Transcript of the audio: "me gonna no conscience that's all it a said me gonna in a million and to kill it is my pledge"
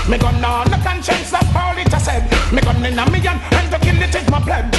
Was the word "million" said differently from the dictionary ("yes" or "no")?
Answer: yes